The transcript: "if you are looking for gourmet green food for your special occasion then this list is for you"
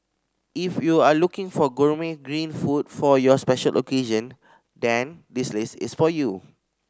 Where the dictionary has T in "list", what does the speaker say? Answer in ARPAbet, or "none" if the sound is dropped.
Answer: none